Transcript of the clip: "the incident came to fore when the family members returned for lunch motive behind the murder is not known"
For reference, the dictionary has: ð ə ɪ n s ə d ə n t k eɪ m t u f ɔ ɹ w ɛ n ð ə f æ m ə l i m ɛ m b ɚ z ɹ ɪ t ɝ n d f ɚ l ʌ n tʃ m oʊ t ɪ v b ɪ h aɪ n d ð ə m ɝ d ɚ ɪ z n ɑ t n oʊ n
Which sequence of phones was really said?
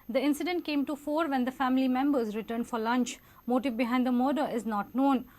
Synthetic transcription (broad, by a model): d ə ɪ n s ə d ə n t k eɪ m t u f ɔ ɹ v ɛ n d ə f æ m ə l i m ɛ m b ɚ z ɹ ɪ t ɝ n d f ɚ l ʌ n tʃ m oʊ t ɪ v b ɪ h aɪ n d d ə m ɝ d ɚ ɪ z n ɑ t n oʊ n